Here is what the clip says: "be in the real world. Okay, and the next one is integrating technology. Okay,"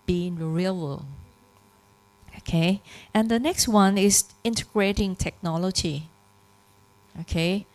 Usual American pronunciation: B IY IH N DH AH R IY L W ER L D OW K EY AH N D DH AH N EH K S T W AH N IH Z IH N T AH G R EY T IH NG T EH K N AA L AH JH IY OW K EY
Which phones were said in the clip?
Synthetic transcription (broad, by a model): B IY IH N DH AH R IY L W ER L OW K EY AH N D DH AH N EH K S T W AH N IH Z IH N T AH G R EY T IH NG T EH K N AA L AH JH IY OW K EY